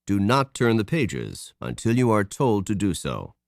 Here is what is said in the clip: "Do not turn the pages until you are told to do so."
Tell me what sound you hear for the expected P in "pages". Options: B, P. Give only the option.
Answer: P